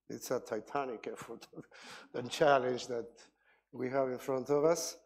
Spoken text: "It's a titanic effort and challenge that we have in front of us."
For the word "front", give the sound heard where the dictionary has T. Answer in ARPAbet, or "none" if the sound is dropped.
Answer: T